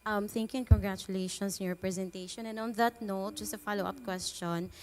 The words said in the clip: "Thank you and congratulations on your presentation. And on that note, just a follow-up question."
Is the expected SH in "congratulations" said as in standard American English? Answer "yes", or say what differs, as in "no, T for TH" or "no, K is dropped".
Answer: no, SH is dropped